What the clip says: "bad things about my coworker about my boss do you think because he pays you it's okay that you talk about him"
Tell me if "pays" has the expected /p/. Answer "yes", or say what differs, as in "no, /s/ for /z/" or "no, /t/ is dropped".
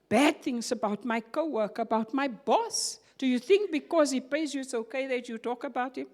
yes